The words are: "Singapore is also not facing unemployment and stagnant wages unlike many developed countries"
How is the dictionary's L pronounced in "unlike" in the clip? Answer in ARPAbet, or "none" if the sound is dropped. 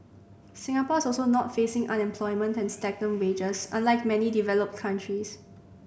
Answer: L